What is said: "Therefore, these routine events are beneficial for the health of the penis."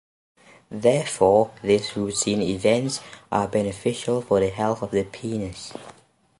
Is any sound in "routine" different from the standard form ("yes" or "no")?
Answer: yes